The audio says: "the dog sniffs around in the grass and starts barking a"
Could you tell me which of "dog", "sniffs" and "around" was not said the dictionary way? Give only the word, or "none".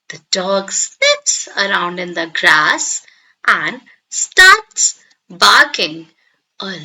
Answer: sniffs